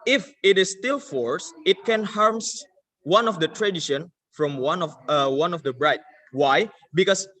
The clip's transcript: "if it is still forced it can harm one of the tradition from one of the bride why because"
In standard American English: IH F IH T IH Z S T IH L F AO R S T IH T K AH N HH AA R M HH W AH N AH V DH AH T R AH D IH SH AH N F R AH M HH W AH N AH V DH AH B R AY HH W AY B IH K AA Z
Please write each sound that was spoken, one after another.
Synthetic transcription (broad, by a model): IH F IH T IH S T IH L F AO R S IH T K AH N HH AA R M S W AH N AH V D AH T R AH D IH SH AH N F R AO M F W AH N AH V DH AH B R AY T W AY B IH K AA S